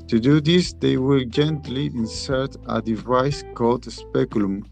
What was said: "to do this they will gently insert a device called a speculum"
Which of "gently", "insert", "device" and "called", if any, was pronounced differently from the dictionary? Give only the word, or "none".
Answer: none